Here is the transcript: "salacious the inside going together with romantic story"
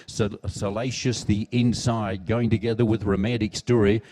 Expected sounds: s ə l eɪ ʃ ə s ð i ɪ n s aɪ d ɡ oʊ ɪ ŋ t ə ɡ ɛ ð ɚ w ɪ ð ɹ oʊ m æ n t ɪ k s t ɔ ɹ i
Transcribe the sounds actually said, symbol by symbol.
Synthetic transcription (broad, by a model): s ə l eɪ ʃ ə s ð i ɪ n s aɪ d ɡ oʊ ɪ ŋ t ə ɡ ɛ ð ɚ w ɪ ð ɹ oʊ m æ t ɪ k s t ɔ ɹ i